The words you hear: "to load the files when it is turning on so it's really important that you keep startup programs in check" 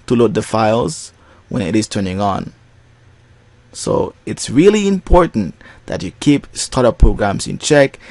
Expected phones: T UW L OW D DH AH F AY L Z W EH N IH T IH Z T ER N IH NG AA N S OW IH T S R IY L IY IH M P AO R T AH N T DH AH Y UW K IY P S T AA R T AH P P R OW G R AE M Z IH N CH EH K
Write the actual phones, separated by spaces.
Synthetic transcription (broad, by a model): T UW L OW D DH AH F AY L Z W EH N IH T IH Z T ER N IH NG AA N S OW IH T S R IY L IY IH M P AO R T N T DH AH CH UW K IY P S T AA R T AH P P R OW G R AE M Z IH N CH EH K